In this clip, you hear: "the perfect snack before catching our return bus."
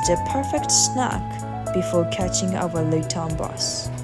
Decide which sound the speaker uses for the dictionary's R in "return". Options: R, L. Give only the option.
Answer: L